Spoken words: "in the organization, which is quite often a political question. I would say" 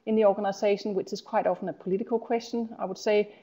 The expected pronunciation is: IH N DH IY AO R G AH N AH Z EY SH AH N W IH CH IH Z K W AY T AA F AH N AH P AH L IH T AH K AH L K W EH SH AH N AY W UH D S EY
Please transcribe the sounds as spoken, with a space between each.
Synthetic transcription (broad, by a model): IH N DH IY AO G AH N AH S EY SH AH N W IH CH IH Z K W AY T AA F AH N AH P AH L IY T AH K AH L K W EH S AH N AY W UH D S EY